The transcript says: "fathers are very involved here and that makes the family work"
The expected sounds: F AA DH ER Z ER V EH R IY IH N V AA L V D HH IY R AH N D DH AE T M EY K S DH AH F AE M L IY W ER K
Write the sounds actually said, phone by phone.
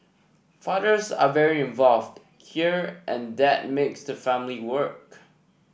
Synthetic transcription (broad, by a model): F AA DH ER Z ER V EH R IY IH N V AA L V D HH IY R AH N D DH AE T M EY K S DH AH F AE M L IY W ER K